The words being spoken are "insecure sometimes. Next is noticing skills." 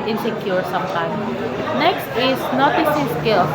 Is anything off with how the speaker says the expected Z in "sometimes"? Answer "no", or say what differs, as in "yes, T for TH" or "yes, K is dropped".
yes, Z is dropped